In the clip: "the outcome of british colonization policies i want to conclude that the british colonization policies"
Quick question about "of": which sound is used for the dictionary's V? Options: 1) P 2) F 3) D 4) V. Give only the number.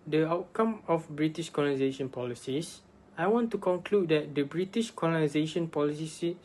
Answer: 2